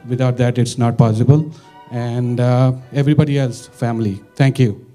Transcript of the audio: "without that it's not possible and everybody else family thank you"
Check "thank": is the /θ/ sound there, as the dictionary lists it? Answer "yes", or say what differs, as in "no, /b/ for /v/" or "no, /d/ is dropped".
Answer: no, /t/ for /θ/